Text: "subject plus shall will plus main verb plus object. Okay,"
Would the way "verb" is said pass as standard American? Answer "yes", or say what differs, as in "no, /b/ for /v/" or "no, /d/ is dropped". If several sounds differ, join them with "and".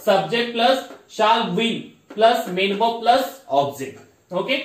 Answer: no, /b/ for /v/